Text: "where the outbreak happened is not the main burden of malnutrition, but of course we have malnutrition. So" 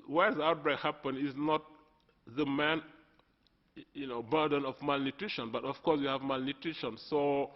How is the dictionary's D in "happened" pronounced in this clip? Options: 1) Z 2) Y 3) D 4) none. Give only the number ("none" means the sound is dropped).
4